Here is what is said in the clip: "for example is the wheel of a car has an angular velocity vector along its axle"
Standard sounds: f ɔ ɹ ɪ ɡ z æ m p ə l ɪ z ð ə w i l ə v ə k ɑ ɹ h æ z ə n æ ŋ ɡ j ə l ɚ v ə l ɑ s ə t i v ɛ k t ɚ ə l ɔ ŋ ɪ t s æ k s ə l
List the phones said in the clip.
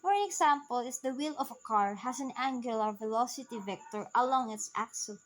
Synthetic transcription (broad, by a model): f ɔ ɹ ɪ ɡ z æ m p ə l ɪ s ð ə w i l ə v ə k ɑ ɹ h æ s ə n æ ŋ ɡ j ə l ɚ v ə l ɑ s ə t i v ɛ k t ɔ ə l ɔ ŋ ɪ t s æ k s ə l